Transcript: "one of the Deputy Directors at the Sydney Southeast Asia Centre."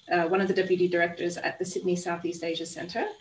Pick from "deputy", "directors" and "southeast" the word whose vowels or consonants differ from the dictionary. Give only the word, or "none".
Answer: none